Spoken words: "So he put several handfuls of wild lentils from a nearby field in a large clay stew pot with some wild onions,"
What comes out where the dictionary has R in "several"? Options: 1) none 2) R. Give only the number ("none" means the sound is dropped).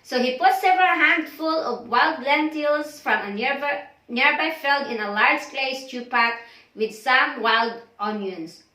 2